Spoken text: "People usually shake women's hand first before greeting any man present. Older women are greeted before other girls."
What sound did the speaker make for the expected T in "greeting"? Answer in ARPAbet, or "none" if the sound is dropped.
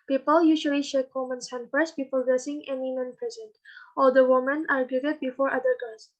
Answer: S